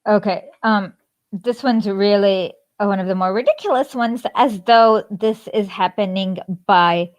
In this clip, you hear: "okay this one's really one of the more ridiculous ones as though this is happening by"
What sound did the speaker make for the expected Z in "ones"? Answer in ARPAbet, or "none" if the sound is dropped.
Z